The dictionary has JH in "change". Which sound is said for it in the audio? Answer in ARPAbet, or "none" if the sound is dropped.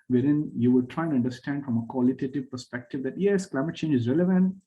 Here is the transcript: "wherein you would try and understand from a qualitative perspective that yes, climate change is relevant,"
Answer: JH